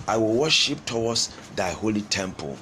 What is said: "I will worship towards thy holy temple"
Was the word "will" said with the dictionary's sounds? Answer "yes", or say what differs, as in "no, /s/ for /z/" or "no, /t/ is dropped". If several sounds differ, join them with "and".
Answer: yes